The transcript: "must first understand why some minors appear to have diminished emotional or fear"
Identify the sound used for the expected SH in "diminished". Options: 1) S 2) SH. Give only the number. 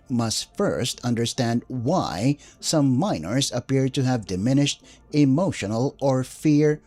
2